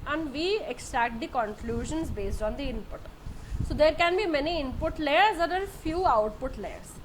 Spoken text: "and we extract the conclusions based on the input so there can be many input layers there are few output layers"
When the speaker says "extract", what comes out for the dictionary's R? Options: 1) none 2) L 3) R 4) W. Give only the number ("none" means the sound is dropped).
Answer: 3